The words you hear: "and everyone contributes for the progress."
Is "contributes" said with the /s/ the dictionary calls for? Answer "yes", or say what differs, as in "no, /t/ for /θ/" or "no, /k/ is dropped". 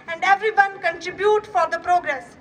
no, /s/ is dropped